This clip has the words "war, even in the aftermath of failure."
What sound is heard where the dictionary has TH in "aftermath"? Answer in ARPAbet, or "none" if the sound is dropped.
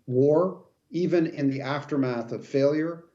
TH